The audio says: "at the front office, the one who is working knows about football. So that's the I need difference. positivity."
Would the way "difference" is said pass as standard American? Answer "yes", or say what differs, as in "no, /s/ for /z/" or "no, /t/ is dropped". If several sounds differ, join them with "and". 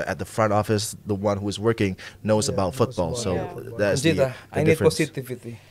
no, /n/ is dropped